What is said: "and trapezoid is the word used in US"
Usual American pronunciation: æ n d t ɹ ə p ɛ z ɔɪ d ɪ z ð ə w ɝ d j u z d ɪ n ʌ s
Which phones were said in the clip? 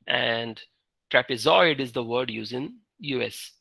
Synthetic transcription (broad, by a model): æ n d t ɹ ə p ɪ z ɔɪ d ɪ z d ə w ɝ d j u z ɪ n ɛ s